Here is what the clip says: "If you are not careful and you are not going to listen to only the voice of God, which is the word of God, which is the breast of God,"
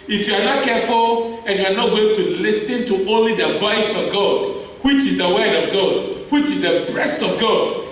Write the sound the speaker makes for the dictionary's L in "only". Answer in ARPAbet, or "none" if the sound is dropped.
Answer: L